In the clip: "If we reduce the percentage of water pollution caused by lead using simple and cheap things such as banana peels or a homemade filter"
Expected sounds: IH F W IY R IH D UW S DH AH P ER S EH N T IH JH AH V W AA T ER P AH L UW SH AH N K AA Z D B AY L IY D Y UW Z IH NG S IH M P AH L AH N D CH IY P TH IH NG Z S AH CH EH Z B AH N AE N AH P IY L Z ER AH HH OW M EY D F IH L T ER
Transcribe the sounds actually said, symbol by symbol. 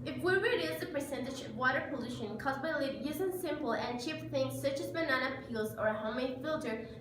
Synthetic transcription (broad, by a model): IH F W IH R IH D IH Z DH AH P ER S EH N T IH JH AH V W AA T ER P AH L UW SH AH N K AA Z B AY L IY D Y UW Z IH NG S IH M P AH L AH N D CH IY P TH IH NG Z S AH CH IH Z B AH N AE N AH P IY L Z ER AH HH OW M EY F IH L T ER